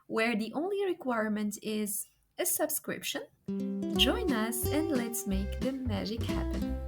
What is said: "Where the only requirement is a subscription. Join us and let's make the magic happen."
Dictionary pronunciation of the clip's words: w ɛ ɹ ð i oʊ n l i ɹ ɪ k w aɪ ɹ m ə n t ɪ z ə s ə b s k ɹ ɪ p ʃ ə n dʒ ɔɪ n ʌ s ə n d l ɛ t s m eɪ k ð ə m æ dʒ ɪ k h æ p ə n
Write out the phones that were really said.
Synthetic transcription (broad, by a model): w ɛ ɹ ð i oʊ n l i ɹ ɪ k w aɪ ɹ m ə n t ɪ z ə s ə b s k ɹ ɪ p ʃ ə n dʒ ɔɪ n ʌ s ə n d l ɛ t s m eɪ k ð ə m æ dʒ ɪ k h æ p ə n